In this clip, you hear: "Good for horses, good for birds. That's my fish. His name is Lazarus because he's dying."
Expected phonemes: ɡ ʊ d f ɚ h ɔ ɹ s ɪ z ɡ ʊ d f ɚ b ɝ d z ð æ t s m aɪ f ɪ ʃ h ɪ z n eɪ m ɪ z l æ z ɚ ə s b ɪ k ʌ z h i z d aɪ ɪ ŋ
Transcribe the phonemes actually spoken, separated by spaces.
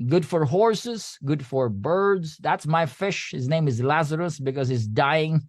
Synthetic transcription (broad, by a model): ɡ ʊ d f ɚ h ɔ ɹ s ɪ z ɡ ʊ d f ɚ b ɝ d z ð æ t s m aɪ f ɪ ʃ h ɪ z n eɪ m ɪ z l æ z ɚ ə s b ɪ k ʌ z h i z d aɪ ɪ ŋ